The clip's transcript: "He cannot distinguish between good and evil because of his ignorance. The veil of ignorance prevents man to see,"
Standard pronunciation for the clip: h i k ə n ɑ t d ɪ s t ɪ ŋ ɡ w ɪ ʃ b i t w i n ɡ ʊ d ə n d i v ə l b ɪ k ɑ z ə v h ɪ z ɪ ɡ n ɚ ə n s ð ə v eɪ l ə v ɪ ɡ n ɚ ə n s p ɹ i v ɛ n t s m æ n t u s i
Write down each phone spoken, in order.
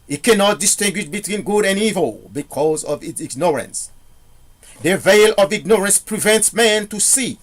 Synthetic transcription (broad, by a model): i k ə n ɑ t d ɪ s t ɪ ŋ ɡ w ɪ ʃ b i t w i n ɡ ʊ d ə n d i v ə l b ɪ k ɑ z ə v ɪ s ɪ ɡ n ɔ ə n s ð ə v eɪ l ə v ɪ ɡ n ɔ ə n s p ɹ i v ɛ n t s m æ n t u s i